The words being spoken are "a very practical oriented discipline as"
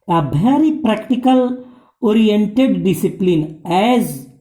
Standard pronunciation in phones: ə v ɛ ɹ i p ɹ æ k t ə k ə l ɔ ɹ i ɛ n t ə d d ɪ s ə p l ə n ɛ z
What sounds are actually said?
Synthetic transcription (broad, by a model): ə b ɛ ɹ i p ɹ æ k t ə k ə l ɔ ɹ i ɛ n t ə d d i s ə p l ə n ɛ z